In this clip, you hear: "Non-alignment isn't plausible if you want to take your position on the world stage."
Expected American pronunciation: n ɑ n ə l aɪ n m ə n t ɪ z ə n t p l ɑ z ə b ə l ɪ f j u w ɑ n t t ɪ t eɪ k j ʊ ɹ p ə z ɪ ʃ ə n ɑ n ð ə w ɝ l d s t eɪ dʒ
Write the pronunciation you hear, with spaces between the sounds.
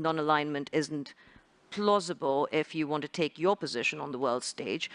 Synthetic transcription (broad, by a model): n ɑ n ə l aɪ n m ə n t ɪ z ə n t p l ɑ z ə b ə l ɪ f j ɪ w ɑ n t t ɪ t eɪ k j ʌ ɹ p ə z ɪ ʃ ə n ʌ n ð ə w ɝ l d s t eɪ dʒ